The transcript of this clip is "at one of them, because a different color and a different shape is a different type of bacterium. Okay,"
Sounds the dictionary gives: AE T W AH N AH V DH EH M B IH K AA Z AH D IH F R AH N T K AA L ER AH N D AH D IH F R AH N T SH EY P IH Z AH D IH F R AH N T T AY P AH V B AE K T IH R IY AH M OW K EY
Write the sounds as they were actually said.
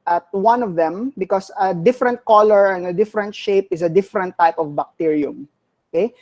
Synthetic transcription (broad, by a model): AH T W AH N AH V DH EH M B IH K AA S AH D IH F R AH N T K AA L ER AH N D AH D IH F R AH N T SH EY P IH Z AH D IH F R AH N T T AY P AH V B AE K T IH R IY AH M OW K EY